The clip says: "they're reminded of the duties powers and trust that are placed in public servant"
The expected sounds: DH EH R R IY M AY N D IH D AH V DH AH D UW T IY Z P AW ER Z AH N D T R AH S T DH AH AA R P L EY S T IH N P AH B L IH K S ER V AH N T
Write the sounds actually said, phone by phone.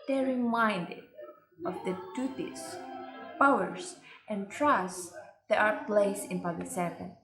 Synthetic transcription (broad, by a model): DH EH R R IY M AY N D IH D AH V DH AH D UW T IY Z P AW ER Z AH N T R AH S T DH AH AA R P L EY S IH N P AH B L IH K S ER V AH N